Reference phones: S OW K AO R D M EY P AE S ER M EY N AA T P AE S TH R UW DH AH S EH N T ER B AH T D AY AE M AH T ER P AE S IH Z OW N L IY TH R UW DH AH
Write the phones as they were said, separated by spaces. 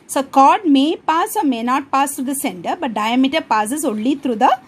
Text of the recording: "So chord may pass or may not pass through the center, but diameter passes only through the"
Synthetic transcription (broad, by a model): S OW K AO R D M EY P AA S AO M EY N AA T P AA S T R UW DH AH S EH N T ER B AH T D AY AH M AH T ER P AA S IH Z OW L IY T R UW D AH